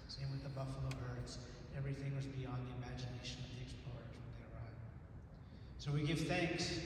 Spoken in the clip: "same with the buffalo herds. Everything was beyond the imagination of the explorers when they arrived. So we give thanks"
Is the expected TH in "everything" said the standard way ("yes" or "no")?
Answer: yes